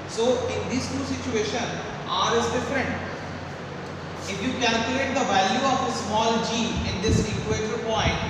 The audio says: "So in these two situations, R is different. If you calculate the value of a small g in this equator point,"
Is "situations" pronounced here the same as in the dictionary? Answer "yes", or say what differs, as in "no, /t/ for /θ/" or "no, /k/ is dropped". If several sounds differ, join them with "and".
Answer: no, /z/ is dropped